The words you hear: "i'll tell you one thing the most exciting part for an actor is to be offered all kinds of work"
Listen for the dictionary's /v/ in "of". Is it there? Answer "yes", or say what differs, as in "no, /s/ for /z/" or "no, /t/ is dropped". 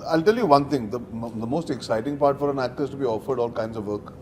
yes